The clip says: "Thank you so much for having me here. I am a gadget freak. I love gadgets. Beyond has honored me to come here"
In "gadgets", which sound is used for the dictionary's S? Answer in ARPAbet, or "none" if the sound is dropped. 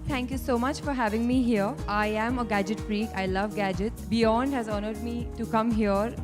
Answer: none